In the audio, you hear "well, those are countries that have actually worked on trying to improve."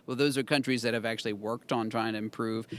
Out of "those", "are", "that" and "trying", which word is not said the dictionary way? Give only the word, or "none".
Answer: none